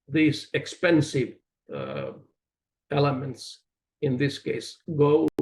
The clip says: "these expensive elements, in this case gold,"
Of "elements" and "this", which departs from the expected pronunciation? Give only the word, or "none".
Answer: none